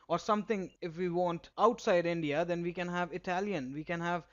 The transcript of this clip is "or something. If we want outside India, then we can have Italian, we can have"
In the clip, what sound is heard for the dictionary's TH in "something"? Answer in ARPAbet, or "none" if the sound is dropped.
T